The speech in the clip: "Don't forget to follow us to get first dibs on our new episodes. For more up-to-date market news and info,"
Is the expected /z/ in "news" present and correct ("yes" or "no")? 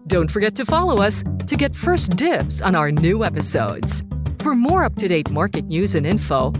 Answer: yes